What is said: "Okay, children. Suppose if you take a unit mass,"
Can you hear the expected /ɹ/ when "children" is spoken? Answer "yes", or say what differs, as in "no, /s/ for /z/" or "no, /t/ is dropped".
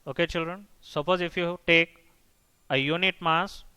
yes